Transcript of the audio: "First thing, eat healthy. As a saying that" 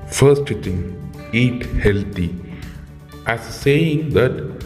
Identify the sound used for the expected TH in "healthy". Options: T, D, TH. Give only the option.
T